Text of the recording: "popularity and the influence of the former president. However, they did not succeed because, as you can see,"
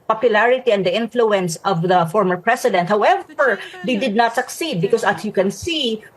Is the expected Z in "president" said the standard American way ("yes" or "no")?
no